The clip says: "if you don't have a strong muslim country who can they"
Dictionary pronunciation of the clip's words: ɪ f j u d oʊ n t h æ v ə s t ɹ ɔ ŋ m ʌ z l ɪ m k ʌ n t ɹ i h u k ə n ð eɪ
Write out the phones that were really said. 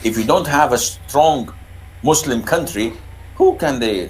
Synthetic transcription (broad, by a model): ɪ f j u d oʊ n t h æ v ə s t ɹ ɔ ŋ m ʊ s l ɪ m k ʌ n t ɹ i h u k ə n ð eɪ